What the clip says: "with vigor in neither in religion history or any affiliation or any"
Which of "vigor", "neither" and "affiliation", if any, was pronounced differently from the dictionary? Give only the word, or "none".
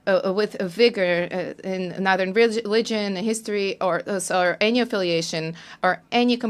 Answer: none